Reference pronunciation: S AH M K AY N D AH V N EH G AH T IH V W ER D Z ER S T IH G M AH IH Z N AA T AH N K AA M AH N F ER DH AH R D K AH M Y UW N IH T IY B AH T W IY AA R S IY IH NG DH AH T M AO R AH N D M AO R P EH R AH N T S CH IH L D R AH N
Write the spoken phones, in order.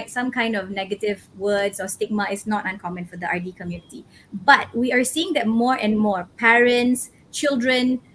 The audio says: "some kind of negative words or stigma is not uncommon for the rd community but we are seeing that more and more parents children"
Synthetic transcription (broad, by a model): S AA M K AY N D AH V N EH G AH T IH V W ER D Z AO S T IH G M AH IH S N AA T AH N K AA M AH N F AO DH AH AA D K AH M Y UW N IH T IY B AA T W IY AA R S IY IH NG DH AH T M AO R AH N M AO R P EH R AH N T S CH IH L D R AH N